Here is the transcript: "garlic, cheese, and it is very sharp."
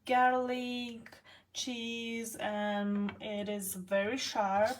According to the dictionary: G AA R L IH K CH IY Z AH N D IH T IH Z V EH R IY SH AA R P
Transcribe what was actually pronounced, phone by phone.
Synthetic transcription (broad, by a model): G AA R L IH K CH IY Z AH N IH T IH Z V EH R IY SH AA R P